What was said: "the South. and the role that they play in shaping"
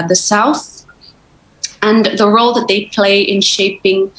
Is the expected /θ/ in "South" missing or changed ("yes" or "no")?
no